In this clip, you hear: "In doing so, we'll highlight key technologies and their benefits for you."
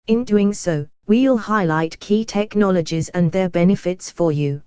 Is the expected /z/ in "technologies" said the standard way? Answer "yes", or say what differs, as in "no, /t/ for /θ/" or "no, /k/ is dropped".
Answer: yes